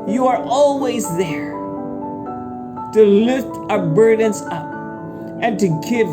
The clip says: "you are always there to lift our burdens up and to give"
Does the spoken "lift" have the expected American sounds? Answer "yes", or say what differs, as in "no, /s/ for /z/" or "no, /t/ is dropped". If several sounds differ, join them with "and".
yes